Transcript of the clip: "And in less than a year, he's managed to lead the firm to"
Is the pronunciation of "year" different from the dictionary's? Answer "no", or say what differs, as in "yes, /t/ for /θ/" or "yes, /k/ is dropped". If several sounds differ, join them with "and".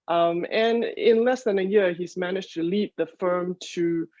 no